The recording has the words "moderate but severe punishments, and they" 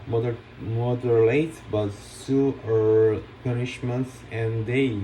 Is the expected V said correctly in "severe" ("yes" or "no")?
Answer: no